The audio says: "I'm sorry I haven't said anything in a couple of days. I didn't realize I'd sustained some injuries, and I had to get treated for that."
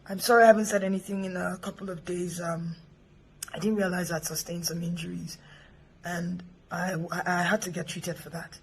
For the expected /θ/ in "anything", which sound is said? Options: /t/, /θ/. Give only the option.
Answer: /θ/